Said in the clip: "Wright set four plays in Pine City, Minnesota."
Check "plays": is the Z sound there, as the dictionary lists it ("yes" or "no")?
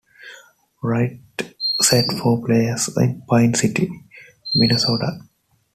no